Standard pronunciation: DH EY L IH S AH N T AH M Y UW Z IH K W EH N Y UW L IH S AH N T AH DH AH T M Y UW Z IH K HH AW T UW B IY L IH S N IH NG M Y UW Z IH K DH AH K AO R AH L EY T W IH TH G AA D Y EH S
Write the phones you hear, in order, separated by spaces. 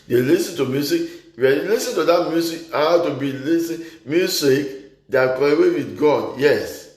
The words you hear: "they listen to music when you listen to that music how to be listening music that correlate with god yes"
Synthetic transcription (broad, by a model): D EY L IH S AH N T AH M Y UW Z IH K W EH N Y L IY S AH N T AH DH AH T M Y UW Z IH K HH AW T UW B IY L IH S IH M Y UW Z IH K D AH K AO AH W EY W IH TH G AA D Y EH S